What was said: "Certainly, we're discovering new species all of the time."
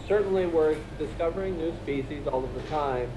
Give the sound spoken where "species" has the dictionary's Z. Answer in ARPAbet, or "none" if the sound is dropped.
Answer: Z